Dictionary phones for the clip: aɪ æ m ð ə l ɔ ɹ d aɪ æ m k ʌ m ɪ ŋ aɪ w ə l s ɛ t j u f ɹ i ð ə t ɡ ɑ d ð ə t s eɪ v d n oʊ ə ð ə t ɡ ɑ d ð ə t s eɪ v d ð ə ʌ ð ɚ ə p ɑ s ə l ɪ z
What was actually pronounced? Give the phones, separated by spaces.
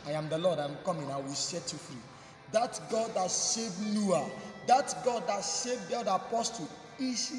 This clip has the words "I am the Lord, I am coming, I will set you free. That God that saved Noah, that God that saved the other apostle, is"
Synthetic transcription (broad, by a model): aɪ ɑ m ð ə l ɔ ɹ d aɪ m k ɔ m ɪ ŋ aɪ w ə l s ɛ t j u f ɹ i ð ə t ɡ ɑ d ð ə t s eɪ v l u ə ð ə t ɡ ɑ d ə t s eɪ v d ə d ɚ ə p ɑ s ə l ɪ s